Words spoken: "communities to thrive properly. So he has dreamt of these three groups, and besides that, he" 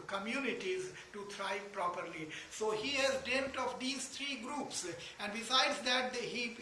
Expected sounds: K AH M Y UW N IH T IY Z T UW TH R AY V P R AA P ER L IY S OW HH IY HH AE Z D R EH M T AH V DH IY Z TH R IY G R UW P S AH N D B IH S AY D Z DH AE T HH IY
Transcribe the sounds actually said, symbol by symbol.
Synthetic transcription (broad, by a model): K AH M Y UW N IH T IY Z T UW T R AY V P R AA P ER L IY S OW HH IY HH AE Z D EH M T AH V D IY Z T R IY G R UW P S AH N D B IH S AY D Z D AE T HH IY